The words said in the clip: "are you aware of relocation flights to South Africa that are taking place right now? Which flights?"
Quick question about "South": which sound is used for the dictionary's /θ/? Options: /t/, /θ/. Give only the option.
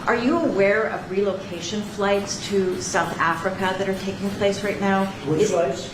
/θ/